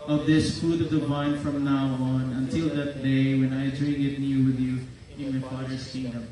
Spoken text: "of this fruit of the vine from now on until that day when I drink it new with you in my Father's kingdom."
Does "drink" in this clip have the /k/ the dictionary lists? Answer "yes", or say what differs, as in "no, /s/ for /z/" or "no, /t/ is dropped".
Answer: no, /k/ is dropped